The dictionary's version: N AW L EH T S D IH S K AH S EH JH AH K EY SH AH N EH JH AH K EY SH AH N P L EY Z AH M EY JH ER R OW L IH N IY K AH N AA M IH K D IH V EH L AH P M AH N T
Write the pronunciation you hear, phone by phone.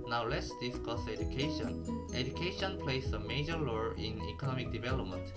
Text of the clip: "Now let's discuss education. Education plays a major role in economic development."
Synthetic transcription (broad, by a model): N AW L EH T S D IH S K AH S EH JH AH K EY SH AH N EH JH AH K EY SH AH N P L EY S AH M EY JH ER L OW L IH N IY K AH N AA M IH K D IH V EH L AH P M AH N T